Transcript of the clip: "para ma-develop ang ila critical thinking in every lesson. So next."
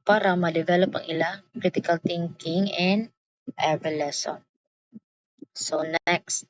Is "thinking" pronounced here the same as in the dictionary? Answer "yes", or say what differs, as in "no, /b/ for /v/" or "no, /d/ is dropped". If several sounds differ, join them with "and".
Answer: no, /t/ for /θ/